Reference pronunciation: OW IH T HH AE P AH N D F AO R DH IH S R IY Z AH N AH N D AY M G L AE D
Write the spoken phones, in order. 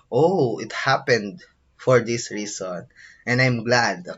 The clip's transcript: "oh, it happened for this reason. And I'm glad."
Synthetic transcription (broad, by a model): OW IH T HH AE P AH N D F AO R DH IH S R IY S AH N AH N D AY M G L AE D